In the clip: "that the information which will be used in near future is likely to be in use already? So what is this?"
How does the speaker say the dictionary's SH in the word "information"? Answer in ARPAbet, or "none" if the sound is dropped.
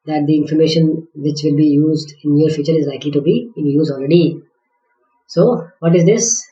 SH